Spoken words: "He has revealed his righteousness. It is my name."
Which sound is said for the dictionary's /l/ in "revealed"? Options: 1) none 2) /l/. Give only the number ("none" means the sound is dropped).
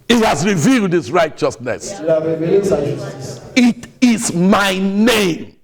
2